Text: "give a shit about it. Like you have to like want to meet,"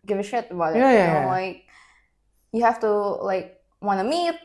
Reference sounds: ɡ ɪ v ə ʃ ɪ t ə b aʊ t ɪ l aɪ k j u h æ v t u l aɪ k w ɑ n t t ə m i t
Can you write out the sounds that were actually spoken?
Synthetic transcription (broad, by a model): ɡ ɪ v ə ʃ ɪ t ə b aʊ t ɪ l aɪ k j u h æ f t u l aɪ k w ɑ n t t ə m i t